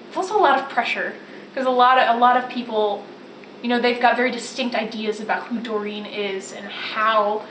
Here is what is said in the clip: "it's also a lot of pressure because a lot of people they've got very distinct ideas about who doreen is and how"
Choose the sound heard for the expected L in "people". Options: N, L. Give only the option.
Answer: N